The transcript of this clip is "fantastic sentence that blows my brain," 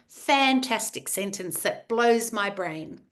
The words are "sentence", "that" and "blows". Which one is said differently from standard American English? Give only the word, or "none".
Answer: none